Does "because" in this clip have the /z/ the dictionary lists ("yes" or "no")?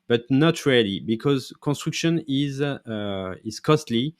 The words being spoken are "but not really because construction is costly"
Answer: yes